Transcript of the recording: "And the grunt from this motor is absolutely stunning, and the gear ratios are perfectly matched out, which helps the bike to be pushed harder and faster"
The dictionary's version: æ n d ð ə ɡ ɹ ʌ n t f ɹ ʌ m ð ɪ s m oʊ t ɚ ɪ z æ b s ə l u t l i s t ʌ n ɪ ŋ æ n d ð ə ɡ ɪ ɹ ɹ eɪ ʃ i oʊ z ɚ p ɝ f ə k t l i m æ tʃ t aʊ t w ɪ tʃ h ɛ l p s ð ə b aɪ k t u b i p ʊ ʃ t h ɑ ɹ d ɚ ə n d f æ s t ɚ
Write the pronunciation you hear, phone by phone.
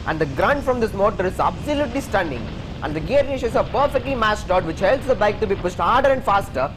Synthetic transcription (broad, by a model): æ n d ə ɡ ɹ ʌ n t f ɹ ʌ m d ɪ s m oʊ t ɚ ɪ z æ b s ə l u t l i s t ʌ n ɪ ŋ æ n d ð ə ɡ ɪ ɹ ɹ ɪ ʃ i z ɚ p ɝ f ə k t l i m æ s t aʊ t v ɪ tʃ h ɛ l p s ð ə b aɪ k t u b i p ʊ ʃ t h ɑ ɹ d ɚ ə n d f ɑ s t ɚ